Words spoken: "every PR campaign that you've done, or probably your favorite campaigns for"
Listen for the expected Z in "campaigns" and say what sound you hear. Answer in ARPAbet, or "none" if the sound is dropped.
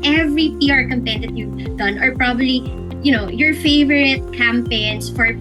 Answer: S